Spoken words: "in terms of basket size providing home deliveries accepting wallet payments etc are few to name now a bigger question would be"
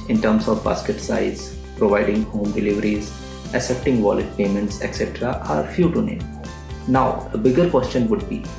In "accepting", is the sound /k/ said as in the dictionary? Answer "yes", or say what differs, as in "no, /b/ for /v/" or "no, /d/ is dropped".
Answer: no, /k/ is dropped